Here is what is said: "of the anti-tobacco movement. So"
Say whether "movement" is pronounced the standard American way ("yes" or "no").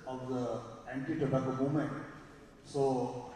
no